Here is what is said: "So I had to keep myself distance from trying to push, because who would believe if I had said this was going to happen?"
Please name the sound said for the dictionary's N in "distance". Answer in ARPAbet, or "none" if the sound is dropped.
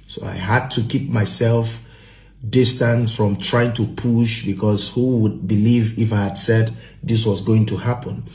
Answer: N